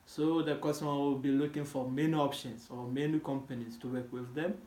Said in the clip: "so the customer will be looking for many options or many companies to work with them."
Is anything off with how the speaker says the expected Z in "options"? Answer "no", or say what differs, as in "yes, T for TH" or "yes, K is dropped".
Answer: yes, S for Z